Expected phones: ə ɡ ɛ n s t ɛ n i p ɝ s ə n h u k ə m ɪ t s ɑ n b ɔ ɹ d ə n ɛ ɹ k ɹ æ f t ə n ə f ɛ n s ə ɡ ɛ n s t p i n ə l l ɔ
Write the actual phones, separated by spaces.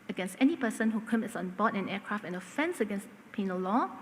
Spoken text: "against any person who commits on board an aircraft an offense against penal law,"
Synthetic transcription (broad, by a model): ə ɡ ɛ n s t ɛ n i p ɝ s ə n h u k ə m ɪ t s ɑ n b ɔ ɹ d ə n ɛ k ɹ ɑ f t ə n ə f ɛ n s ə ɡ ɛ n s t p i n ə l l ɔ